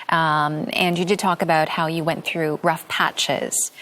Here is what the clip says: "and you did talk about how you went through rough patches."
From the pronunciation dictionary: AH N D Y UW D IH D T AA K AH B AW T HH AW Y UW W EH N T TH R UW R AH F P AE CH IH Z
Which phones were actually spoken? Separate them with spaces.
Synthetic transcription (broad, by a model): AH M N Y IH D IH D T AA K AH B AW T HH AW Y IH W EH N TH R UW R AH F P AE CH IH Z